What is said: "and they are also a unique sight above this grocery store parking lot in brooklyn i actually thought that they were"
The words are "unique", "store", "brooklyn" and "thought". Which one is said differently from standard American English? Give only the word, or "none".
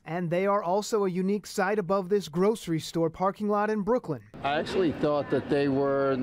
none